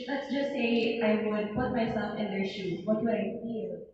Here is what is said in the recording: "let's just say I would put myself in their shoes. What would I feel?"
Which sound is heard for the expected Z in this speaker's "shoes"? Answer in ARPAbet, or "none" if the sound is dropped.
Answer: none